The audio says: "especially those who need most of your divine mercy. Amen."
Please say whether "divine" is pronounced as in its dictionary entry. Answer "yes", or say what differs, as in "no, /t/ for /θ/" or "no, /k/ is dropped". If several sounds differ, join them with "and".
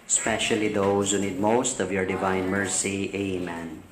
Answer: yes